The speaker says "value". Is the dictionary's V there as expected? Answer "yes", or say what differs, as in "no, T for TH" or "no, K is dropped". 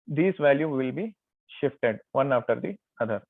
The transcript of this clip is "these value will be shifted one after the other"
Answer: yes